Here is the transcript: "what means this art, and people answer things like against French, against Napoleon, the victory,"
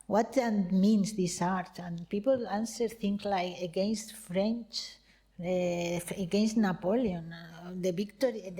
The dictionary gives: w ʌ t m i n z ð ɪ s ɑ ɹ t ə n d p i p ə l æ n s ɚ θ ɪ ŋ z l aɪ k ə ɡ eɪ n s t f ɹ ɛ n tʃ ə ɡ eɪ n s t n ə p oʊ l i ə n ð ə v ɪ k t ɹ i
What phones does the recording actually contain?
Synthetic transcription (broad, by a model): w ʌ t m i n s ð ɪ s ɑ ɹ t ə n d p i p ə l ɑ n s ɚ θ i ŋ s l aɪ k ə ɡ eɪ n s t f ɹ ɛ n tʃ ə ɡ eɪ n s t n ə p oʊ l i ə n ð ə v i k t ɹ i